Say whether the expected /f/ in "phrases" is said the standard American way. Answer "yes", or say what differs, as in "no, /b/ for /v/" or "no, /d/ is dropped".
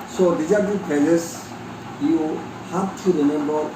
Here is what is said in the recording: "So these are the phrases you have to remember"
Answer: no, /p/ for /f/